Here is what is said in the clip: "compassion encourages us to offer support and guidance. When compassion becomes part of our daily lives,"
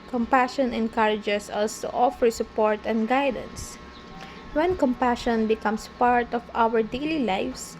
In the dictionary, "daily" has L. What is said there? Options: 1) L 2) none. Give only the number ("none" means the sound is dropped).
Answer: 1